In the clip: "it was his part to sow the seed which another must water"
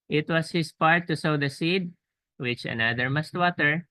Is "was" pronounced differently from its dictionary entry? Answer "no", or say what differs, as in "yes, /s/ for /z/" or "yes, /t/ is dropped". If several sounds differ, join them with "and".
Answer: yes, /s/ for /z/